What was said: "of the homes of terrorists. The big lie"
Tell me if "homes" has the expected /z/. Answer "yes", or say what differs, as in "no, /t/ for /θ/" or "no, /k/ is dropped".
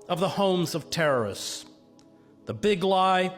yes